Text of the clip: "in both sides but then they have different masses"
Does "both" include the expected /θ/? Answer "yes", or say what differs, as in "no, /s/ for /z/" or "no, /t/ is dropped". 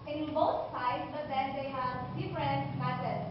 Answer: no, /t/ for /θ/